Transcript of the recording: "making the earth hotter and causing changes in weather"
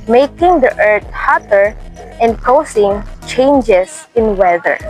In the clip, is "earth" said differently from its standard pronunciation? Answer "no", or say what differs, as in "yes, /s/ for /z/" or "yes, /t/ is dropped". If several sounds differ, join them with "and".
yes, /t/ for /θ/